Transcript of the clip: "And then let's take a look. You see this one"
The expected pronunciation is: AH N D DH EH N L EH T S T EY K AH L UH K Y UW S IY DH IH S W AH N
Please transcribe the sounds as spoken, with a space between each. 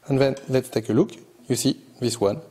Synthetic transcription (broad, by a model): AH N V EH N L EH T T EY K AH L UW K Y UW S IY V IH S W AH N